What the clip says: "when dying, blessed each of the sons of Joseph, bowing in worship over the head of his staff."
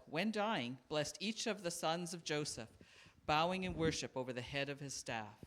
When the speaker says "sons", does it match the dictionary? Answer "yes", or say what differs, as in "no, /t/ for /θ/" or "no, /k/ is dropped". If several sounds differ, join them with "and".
yes